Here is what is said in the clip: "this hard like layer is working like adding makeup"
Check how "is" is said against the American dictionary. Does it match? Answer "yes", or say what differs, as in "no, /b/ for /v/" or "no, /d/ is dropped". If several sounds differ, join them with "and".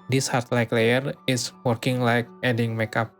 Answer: no, /s/ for /z/